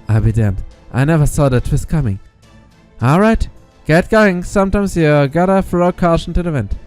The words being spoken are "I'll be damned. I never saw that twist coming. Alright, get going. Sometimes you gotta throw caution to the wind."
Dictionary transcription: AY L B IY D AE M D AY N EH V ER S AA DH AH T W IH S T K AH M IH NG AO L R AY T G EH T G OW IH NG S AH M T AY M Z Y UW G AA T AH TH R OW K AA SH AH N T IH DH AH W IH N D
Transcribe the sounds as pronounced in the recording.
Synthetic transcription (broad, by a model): AY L B IY D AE M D AY N EH V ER S AA DH AH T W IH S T K AH M IH NG AO L R AY T G EH T G OW IH NG S AH M T AY M Z Y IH G AA T AH F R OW K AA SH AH N T IH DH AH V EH N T